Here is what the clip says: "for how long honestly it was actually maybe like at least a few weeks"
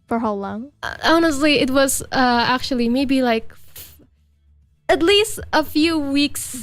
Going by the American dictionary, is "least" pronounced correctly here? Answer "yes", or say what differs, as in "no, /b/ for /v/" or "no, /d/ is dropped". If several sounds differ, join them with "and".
yes